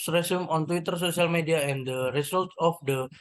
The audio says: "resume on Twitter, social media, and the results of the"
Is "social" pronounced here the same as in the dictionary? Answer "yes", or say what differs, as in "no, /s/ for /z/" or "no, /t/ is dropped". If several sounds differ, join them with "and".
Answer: no, /s/ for /ʃ/